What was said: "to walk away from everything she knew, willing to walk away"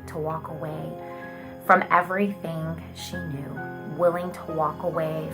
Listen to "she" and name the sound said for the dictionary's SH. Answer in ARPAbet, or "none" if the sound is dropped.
SH